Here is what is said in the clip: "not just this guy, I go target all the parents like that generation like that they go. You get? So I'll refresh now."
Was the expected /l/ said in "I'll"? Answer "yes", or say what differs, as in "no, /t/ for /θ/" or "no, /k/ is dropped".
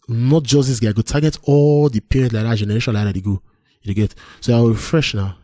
no, /w/ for /l/